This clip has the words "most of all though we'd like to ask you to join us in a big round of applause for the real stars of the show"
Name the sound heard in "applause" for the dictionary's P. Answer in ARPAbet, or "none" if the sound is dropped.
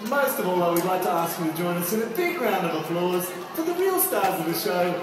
F